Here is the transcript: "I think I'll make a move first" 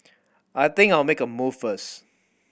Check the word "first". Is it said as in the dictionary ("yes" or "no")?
no